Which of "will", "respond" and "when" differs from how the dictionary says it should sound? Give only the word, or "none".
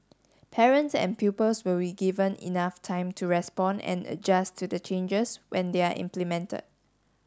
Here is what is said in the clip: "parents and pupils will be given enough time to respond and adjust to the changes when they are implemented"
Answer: respond